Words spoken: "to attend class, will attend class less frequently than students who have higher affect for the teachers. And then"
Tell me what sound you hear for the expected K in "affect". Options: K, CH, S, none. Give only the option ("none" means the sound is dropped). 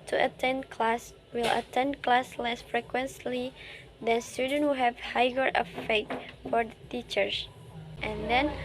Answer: none